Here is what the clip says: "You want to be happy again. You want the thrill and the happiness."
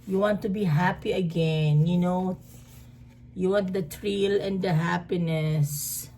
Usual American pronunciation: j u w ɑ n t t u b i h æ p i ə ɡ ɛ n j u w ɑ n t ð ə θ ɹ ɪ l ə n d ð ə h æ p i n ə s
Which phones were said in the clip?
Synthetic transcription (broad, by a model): j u w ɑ n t t u b i h æ p i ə ɡ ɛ n j u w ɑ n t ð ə t ɹ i l ə n d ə h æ p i n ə s